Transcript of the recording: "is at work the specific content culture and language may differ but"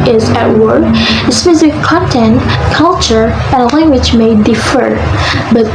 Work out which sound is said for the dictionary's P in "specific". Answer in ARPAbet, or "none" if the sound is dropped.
F